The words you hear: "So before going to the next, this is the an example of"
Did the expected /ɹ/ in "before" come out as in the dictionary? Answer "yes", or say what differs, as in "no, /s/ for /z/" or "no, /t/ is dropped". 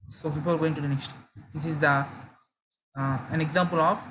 no, /l/ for /ɹ/